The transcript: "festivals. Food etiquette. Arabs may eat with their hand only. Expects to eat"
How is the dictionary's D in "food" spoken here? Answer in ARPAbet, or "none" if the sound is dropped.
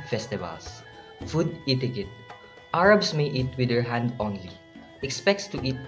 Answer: D